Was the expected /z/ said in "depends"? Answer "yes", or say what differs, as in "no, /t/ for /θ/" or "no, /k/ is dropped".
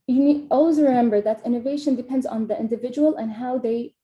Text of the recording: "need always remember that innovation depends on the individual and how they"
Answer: yes